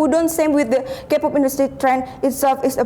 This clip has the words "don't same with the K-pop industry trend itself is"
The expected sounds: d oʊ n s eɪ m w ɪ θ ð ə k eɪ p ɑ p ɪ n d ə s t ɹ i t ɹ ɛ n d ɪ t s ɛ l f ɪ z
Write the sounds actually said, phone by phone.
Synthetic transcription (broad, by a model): d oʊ n s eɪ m w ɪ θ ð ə k eɪ p ɑ p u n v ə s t i t ɹ ɛ n d ɪ t s ɛ l f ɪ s